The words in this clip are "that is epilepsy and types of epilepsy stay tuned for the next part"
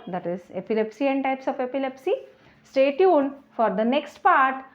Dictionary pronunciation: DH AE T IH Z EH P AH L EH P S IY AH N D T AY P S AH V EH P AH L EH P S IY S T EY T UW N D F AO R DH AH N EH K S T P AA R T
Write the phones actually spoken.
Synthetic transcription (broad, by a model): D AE T IH Z EH P AH L EH P S IY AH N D T AY P S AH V EH P AH L EH P S IY S T EY T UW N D F AO R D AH N EH K S T P AA R T